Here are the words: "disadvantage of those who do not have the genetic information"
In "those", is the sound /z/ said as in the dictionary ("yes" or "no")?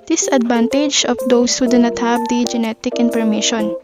no